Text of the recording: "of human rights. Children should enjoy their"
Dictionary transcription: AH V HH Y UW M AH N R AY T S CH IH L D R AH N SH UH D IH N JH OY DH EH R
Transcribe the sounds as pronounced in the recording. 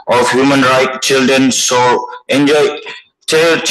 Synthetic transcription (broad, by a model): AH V HH Y UW M AH N R AY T CH IH L D R AH N S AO IH N JH OY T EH